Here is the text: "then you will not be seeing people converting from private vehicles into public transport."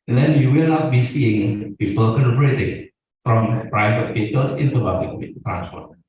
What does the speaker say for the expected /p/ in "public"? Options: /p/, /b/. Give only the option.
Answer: /b/